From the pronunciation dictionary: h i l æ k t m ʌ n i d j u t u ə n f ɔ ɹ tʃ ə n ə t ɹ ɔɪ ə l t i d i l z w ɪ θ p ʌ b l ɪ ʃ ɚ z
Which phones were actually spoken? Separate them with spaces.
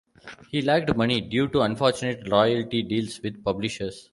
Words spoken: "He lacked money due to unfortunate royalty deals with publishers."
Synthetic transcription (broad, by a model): h i l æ k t m ʌ n i d j u t u ə n f ɔ ɹ tʃ ə n ə t l ɔɪ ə l t i d i l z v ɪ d p ʌ b l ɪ ʃ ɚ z